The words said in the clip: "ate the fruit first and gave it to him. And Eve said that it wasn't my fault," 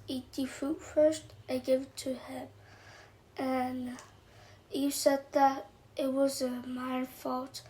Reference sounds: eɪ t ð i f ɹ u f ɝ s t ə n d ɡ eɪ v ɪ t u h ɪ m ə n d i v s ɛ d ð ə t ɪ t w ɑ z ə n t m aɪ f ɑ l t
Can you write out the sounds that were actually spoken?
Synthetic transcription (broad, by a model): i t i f u f ɝ s t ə ɡ eɪ v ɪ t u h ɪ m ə n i s ɛ d ð ə t ɪ t w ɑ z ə m aɪ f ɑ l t